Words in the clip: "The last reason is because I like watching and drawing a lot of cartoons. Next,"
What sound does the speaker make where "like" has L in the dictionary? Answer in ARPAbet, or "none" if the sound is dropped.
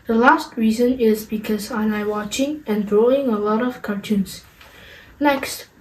N